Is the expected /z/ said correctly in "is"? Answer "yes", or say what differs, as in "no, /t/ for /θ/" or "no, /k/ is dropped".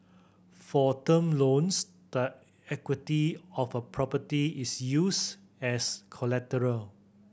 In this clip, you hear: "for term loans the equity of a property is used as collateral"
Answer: no, /s/ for /z/